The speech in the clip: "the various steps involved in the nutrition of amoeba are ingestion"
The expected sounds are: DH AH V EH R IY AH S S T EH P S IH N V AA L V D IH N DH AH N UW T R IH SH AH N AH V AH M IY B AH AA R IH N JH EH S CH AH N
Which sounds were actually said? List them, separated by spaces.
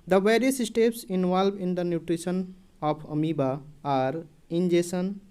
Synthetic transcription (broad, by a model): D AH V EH R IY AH S S T EH P S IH N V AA L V IH N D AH N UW T R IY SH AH N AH P AH M IY B AH AA R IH N JH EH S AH N